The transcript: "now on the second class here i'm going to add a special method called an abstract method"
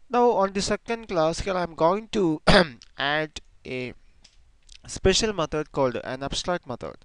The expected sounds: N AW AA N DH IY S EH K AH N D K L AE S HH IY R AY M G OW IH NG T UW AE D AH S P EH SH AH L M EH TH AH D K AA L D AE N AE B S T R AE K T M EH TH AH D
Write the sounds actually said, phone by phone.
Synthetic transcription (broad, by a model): N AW AA N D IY S EH K AH N D K L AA S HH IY R AY M G OW IH NG T UW AE D AH S P EH SH AH L M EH T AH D K AA L D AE N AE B S T R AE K T M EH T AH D